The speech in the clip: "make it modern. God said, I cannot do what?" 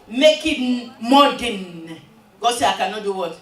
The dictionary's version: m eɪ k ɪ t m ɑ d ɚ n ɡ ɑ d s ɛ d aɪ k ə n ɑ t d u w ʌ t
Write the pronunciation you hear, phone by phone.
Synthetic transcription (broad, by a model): m eɪ k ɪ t m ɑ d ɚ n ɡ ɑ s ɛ aɪ k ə n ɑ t d u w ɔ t